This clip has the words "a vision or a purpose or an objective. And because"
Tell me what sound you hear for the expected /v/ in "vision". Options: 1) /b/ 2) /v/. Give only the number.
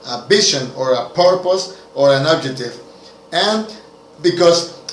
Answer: 1